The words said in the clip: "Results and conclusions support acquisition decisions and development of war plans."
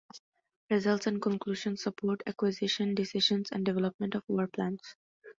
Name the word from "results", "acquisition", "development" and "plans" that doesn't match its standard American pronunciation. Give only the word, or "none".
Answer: plans